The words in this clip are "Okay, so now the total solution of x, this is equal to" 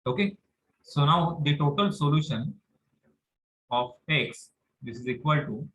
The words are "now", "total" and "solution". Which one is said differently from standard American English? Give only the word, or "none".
none